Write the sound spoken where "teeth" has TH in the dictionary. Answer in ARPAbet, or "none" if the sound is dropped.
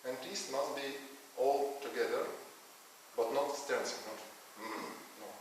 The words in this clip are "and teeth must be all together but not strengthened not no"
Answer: S